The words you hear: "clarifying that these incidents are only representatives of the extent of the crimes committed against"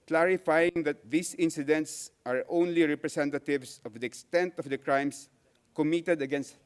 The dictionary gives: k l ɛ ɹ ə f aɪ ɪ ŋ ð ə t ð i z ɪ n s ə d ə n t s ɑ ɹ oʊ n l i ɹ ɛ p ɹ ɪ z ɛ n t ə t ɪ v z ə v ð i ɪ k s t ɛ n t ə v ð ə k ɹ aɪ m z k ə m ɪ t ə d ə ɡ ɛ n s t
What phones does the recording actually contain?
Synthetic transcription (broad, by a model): k l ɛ ɹ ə f aɪ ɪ ŋ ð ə t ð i s ɪ n s ə d ə n t s ɑ ɹ oʊ n l i ɹ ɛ p ɹ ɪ s ɛ n t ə t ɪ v s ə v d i ɪ k s t ɛ n t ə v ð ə k ɹ aɪ m s k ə m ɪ t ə d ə ɡ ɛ n s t